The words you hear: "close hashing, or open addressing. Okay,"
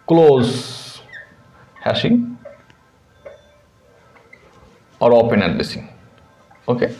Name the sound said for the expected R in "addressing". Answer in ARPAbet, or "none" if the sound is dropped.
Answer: L